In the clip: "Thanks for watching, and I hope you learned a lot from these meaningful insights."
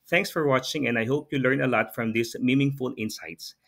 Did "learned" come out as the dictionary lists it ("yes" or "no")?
no